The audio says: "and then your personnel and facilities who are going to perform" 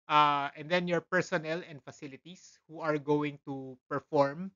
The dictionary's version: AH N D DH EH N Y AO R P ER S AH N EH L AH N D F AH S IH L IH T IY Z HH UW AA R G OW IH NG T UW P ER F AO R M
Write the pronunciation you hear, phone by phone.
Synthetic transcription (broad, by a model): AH N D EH N Y AO R P ER S AH N EH L AH N D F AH S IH L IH T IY S HH UW AA R G OW IH NG T UW P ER F AO R M